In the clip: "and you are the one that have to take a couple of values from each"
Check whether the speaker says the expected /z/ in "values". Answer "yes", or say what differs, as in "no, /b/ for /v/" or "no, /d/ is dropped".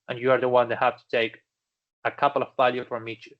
no, /z/ is dropped